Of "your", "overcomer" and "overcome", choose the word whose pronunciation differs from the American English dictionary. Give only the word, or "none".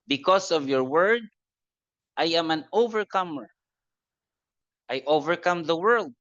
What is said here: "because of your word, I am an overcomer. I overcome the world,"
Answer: none